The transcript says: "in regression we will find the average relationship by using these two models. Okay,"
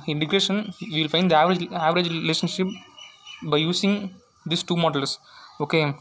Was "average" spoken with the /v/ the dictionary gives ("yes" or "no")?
yes